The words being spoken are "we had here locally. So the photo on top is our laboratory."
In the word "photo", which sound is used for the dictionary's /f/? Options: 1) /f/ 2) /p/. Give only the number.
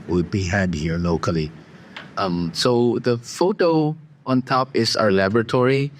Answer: 1